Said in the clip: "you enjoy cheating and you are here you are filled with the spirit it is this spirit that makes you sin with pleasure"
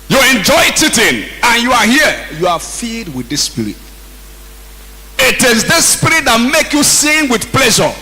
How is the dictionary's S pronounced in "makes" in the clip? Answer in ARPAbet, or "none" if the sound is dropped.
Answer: none